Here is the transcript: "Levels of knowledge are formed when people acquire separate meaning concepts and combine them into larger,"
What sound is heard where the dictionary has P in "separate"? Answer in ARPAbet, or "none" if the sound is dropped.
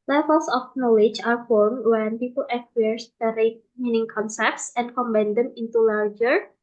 none